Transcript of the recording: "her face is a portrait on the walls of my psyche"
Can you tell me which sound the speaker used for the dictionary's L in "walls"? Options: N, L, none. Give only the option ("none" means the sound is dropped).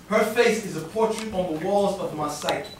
L